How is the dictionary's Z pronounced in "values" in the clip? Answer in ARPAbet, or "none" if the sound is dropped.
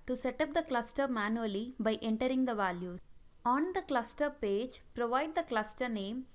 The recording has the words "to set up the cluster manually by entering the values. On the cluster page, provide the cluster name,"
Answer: none